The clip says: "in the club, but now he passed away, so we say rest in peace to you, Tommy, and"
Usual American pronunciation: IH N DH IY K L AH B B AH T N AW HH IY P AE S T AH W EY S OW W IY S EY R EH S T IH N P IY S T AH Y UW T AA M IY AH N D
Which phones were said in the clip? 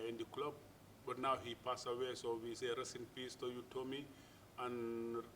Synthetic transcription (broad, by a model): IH N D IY K L AH B B AH T N AW HH IY P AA S AH W EY S OW W IY S EY R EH S IH N P IY S T AH Y UW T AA M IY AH N